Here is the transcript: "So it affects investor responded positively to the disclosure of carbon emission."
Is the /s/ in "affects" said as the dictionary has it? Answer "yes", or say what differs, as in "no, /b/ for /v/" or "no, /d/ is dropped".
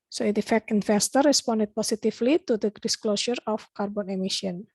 no, /s/ is dropped